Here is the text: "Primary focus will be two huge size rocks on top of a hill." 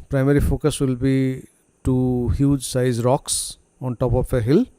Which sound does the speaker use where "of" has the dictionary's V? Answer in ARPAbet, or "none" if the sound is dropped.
P